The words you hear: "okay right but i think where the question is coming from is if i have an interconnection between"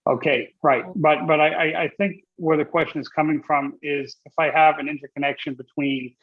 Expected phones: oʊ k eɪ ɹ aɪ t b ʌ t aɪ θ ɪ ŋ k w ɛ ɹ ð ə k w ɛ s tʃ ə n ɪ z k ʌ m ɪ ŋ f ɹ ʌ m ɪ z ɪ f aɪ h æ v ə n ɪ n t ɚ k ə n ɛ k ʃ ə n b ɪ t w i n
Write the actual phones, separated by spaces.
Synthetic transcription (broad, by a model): oʊ k eɪ ɹ aɪ t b ʌ t aɪ θ ɪ ŋ k w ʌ ɹ ð ə k w ɛ s tʃ ə n ɪ z k ʌ m ɪ ŋ f ɹ ʌ m ɪ z ɪ f aɪ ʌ v ə n ɪ n t ɚ k ə n ɛ k ʃ ə n b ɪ t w i n